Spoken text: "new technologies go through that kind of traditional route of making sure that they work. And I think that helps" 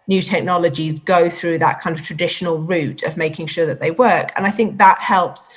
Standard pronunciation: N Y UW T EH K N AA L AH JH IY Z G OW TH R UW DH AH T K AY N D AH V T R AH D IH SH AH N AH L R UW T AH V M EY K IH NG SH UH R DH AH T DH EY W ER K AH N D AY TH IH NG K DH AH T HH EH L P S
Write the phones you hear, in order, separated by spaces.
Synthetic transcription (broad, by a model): N Y UW T EH K N AA L AH JH IY Z G OW TH R UW DH AH T K AY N D AH V T R AH D IH SH AH N AH L R UW T AH V M EY K IH NG SH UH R DH AH T DH EY W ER K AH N AY TH IH NG K DH AH T HH EH L P S